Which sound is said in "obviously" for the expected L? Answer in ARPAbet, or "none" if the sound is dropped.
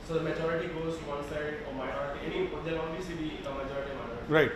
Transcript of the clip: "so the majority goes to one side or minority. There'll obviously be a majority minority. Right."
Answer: none